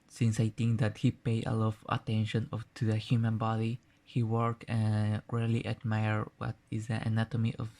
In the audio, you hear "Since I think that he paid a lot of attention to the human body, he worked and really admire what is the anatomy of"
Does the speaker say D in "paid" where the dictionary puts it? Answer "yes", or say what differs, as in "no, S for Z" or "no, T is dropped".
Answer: no, D is dropped